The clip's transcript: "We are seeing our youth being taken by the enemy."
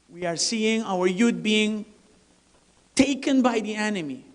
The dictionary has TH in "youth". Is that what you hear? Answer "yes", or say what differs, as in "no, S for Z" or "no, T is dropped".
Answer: no, T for TH